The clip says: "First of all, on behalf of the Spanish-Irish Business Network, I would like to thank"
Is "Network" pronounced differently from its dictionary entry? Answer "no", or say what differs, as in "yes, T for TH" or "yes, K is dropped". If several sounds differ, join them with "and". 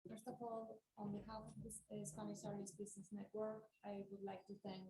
no